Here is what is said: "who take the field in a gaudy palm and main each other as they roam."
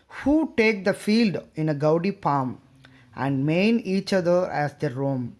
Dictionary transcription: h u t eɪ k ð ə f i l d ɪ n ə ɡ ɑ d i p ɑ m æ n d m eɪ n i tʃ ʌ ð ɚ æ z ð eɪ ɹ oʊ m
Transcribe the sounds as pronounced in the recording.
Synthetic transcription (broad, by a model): h u t eɪ k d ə f i l d ɪ n ə ɡ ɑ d i p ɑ m æ n d m eɪ n i tʃ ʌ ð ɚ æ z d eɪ ɹ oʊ m